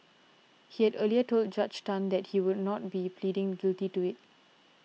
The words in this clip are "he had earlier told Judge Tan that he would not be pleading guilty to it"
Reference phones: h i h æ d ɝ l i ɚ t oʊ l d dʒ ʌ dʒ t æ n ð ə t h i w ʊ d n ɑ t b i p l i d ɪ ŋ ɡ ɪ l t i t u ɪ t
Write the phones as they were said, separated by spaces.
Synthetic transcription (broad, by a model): h i h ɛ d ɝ l i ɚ t oʊ l d dʒ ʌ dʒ t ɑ n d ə t h i w ʊ d n ɑ t b i p l i d ɪ ŋ ɡ ɪ l t i t u ɪ t